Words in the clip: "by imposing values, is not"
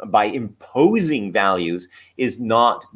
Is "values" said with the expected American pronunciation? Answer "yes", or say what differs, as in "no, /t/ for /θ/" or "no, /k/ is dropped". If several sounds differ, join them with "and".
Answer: yes